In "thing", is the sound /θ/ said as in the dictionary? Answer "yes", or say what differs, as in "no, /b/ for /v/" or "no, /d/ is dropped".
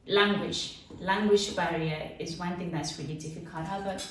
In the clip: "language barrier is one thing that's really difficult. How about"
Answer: yes